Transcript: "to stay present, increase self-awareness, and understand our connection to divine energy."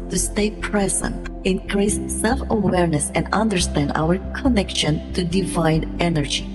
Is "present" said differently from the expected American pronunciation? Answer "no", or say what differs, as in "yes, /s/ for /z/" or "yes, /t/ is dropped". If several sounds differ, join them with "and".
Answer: no